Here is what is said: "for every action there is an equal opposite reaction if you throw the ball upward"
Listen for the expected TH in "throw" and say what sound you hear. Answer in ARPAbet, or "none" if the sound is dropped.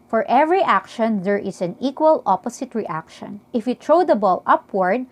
T